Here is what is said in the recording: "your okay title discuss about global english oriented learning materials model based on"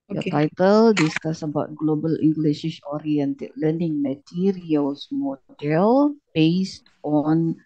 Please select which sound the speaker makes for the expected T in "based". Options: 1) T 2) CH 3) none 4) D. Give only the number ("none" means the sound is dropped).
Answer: 1